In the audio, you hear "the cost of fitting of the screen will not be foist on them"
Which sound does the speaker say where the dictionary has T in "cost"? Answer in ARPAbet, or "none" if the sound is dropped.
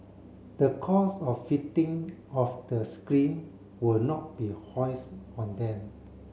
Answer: none